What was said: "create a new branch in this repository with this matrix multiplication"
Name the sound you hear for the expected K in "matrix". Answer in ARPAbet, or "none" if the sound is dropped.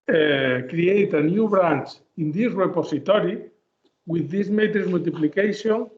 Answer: none